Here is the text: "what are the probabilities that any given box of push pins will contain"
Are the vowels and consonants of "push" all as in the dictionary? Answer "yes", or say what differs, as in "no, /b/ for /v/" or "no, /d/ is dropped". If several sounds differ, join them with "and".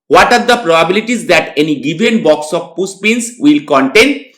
no, /s/ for /ʃ/